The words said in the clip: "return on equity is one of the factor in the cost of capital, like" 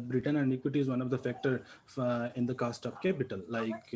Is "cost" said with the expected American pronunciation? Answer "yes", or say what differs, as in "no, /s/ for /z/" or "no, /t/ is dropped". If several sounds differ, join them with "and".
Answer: yes